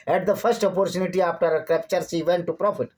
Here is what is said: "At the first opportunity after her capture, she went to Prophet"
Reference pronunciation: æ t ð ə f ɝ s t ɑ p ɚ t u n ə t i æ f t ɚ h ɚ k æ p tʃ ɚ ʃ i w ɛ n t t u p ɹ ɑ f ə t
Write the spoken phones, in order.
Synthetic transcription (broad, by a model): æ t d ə f ɝ s t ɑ p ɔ t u n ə t i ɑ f t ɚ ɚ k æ p tʃ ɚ s i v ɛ n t t u p ɹ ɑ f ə t